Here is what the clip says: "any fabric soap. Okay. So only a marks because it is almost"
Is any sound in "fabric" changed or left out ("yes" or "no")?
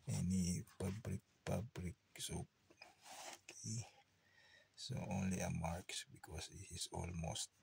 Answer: yes